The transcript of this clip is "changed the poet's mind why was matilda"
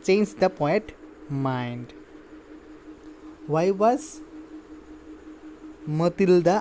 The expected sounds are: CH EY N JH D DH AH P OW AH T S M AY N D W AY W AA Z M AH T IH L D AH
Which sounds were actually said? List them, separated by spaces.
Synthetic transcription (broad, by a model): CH EY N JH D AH P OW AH T M AY N D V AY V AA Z M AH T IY L D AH